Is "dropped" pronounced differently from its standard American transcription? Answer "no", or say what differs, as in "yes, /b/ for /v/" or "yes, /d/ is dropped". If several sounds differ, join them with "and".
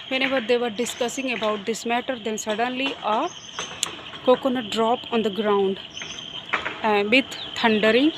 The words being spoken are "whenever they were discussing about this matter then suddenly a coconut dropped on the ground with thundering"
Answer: yes, /t/ is dropped